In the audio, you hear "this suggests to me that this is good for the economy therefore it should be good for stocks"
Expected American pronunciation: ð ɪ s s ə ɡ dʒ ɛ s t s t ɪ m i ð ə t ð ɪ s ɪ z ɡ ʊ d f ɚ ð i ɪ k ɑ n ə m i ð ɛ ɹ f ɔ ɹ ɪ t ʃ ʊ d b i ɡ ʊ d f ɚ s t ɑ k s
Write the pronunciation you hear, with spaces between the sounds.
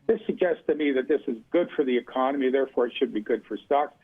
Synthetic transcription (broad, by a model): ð ɪ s s ə ɡ dʒ ɛ s t s t ɪ m i ð ə t ð ɪ s ɪ z ɡ ʊ d f ɚ ð i ɪ k ɑ n ə m i ð ɛ ɹ f ɔ ɹ ɪ t ʃ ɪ d b i ɡ ʊ d f ɚ s t ɑ k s